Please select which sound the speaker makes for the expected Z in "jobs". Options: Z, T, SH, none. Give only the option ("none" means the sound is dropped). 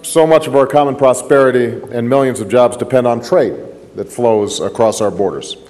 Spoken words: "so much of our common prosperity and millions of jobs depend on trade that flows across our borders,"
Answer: Z